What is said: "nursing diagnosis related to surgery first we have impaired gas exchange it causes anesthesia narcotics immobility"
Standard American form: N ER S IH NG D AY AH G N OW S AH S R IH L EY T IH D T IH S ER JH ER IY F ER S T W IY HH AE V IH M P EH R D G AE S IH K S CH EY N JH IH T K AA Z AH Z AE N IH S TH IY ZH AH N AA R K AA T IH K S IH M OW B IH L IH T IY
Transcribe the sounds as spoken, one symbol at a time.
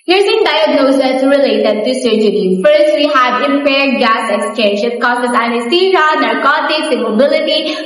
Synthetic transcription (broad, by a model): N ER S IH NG D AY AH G N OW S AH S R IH L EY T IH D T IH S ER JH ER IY F ER S T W IY HH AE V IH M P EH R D G AE S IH K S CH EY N SH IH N K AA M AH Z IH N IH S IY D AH N AA R K AA T IH K S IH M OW B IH L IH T IY